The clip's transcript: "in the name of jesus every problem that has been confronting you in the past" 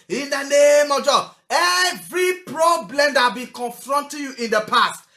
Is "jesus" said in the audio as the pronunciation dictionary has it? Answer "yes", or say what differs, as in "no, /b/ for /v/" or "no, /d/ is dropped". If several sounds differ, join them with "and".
no, /s/ is dropped